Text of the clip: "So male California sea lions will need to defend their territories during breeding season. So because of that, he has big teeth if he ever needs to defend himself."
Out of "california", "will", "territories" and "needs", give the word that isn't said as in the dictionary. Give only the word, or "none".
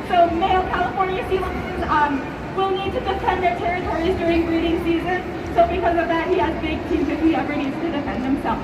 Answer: none